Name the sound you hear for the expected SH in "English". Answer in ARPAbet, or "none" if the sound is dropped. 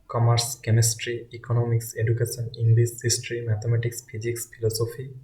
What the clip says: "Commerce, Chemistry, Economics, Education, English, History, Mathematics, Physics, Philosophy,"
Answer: S